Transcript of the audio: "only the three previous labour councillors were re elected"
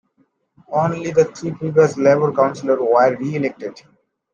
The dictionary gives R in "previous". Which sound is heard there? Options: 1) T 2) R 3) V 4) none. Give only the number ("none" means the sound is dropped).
4